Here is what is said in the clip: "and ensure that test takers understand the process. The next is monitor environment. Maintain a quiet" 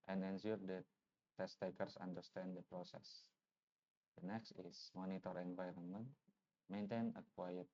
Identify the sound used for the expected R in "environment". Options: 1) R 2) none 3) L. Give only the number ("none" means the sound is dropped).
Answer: 1